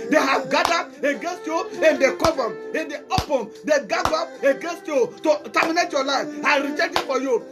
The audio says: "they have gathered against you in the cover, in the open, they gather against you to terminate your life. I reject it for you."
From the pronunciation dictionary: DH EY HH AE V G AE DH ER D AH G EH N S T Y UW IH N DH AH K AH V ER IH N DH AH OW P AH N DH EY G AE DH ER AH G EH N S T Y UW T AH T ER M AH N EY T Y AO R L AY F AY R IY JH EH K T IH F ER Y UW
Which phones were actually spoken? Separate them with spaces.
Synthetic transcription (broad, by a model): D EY HH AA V G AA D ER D AH G EH N S T Y UW IH N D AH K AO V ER IH N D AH OW P AH N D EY G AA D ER AH G EH N S T Y UW T AH T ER M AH N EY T Y AO L AY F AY R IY CH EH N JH IH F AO Y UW